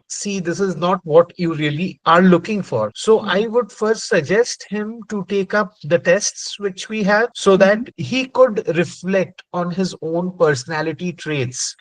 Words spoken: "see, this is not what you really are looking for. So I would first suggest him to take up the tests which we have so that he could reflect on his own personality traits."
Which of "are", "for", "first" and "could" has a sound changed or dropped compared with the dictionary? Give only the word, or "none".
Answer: none